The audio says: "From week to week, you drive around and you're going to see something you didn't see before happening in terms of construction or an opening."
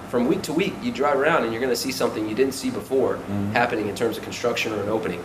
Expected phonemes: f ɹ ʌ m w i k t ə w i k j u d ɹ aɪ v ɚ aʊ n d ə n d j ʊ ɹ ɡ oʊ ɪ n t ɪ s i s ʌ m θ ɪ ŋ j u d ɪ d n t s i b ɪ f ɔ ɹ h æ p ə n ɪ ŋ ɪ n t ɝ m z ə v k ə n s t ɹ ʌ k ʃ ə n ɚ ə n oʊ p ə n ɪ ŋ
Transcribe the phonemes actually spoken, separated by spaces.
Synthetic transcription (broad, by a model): f ɹ ʌ m w i k t ə w i k j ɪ d ɹ aɪ v ɚ aʊ n d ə n j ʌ ɹ ɡ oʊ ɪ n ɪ s i s ʌ m θ ɪ ŋ j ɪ d ɪ d n t s i b ɪ f ɔ ɹ h æ p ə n ɪ ŋ ɪ n t ɝ m z ə v k n s t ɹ ʌ k ʃ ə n ɚ ə n oʊ p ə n ɪ ŋ